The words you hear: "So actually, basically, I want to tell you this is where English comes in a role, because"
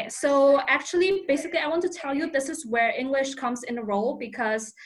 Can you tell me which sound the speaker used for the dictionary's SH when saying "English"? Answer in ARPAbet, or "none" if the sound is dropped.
SH